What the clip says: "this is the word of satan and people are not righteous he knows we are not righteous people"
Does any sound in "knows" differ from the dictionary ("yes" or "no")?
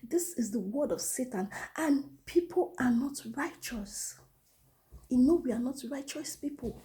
yes